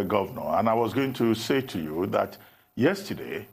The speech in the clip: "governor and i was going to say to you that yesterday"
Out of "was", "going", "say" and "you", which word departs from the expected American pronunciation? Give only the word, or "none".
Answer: none